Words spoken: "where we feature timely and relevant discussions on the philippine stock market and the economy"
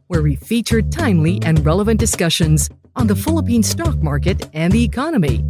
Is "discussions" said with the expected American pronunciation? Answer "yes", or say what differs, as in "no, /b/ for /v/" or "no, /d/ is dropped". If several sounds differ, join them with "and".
yes